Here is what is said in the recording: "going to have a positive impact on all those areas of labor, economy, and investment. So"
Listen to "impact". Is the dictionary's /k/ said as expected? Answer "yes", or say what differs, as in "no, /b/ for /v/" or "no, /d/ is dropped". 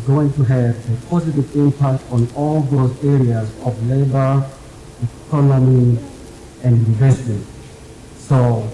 yes